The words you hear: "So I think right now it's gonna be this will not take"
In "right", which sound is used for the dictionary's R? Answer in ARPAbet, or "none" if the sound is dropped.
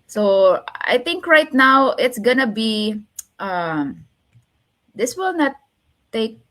R